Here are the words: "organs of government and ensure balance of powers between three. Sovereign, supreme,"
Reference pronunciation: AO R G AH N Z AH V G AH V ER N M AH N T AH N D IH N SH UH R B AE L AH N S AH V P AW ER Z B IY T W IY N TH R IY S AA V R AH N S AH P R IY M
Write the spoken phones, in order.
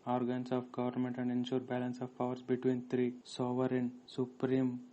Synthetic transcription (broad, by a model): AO R G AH N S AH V G AH V ER N M AH N T AH N D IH N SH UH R B AE L AH N S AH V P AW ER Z B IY T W IY N T R IY S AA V R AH N S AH P R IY M